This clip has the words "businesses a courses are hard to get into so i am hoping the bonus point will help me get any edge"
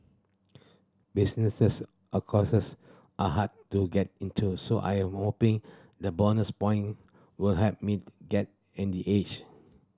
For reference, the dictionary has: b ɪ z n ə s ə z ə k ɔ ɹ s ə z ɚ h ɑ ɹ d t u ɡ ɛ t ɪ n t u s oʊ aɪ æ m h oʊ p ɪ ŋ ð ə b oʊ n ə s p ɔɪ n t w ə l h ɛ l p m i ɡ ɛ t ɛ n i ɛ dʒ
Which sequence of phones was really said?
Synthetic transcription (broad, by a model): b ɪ s n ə s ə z ə k ɔ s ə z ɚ h ɑ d t u ɡ ɛ t ɪ n t u s oʊ aɪ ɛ m h oʊ p ɪ ŋ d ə b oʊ n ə s p ɔɪ n w ə l h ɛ p m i ɡ ɛ t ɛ n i ɛ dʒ